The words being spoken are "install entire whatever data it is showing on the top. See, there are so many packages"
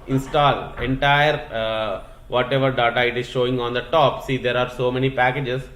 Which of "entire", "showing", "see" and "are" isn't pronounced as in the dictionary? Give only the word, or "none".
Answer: none